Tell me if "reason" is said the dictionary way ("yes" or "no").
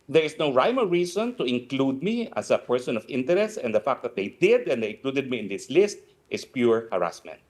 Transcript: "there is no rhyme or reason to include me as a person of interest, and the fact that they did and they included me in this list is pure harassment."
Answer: no